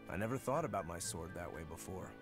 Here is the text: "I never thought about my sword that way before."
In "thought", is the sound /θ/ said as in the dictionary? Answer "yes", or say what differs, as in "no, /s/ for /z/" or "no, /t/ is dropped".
yes